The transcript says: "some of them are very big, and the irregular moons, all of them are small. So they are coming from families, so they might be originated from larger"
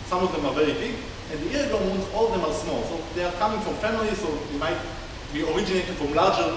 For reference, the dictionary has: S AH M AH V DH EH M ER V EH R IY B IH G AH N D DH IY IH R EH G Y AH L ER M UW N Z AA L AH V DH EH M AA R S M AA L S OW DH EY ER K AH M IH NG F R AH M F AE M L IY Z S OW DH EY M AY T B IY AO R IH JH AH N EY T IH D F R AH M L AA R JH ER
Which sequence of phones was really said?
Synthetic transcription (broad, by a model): S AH M AH V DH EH M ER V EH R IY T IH AH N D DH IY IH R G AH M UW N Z AA L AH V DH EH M AA R S M AA L S OW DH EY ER K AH M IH NG F R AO M F AE M L IY Z S OW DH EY M AY T B IY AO R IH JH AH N EY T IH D F R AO M L AA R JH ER